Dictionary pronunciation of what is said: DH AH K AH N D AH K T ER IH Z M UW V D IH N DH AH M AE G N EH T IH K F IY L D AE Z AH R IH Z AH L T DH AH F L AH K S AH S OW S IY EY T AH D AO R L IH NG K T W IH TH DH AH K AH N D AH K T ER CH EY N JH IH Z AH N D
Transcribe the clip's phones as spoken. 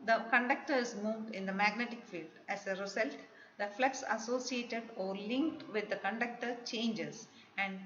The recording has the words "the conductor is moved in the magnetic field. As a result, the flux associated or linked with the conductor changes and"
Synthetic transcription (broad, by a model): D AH K AH N D AH K T ER IH Z M UW V D IH N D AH M AE G N EH T IH K F IY L D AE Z AH R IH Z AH L T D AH F L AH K S AH S OW S IY EY T AH D AO R L IH NG K T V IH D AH K AH N D AH K T ER CH EY N JH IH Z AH N D